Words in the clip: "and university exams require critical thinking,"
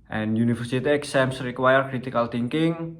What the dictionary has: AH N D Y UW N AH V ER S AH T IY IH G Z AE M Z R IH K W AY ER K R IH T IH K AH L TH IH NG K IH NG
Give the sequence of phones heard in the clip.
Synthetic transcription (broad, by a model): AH N Y UW N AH F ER S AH T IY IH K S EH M S R IH K W AY ER K R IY T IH K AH L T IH NG K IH NG